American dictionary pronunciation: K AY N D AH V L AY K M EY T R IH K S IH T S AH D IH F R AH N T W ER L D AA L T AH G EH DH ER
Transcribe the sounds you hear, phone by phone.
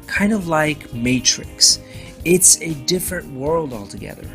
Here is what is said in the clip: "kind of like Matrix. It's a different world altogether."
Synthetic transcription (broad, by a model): K AY N D AH V L AY K M EY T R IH K S IH T S AH D IH F R AH N T W ER L D AA L T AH G EH DH ER